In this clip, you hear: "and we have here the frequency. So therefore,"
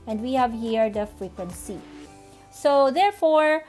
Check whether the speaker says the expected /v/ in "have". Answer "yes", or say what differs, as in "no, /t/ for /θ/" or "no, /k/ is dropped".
yes